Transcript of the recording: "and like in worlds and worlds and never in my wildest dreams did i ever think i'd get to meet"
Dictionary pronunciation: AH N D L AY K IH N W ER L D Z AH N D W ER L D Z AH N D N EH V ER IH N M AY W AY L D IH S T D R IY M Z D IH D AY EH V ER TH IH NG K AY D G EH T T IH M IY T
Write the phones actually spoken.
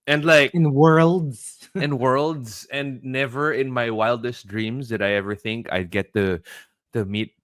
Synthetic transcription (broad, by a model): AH N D L AY K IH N W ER L D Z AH N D W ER L D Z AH N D N EH V ER IH N M AY W AY L D IH S T D R IY M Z D IH D AY EH V ER TH IH NG K AY D G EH T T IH M IY T